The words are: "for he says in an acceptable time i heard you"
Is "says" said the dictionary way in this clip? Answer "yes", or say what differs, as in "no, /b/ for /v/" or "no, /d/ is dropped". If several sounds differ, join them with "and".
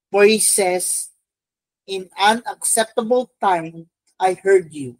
no, /s/ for /z/